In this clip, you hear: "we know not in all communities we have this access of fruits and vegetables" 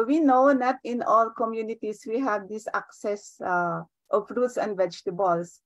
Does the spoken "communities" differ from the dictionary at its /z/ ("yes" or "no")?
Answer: yes